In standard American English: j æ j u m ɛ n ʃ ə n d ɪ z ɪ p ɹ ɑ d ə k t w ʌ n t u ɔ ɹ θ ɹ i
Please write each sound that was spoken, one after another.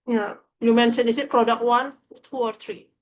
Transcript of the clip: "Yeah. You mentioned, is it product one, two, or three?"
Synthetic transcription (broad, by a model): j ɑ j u m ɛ n s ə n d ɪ s ɪ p ɹ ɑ d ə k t w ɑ n t u ɔ ɹ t ɹ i